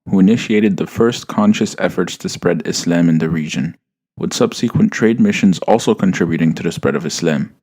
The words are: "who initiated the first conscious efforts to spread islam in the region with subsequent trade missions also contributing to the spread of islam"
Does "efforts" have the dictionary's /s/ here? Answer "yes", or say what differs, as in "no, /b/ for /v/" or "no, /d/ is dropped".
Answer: yes